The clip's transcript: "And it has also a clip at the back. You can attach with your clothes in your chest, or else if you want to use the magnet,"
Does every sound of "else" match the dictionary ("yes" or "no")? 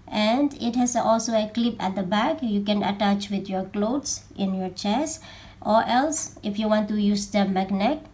yes